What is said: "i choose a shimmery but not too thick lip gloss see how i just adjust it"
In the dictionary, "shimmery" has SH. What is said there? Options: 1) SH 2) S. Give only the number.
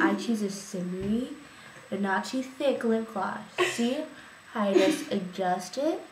2